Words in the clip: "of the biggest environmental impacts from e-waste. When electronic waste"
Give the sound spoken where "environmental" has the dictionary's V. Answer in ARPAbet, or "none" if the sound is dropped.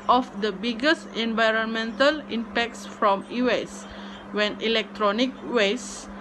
V